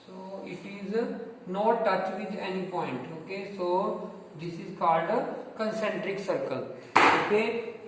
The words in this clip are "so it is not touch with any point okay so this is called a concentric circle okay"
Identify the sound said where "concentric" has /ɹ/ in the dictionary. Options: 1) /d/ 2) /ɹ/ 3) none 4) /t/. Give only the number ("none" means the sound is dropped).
2